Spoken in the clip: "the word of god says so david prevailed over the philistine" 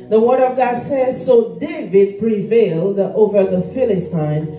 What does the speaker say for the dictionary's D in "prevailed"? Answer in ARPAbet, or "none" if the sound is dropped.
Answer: D